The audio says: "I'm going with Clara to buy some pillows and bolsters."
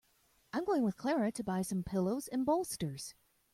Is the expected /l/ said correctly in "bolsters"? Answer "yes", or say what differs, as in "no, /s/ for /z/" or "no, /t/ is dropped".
yes